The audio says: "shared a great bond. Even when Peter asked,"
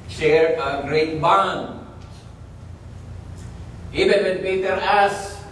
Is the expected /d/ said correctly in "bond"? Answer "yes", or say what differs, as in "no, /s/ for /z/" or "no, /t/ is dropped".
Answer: no, /d/ is dropped